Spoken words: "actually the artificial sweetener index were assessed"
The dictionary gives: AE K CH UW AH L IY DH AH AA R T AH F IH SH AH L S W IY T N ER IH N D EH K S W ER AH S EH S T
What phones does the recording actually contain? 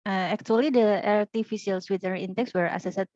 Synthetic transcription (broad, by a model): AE K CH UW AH L IY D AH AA R T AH F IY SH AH L S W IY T ER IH N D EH K S W ER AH S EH S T